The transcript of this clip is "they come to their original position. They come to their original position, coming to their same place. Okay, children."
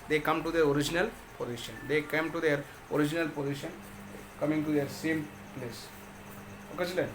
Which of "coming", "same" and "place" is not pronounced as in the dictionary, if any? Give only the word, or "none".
none